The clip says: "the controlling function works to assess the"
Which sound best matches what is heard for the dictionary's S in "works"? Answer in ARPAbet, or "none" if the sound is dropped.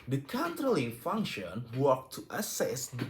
none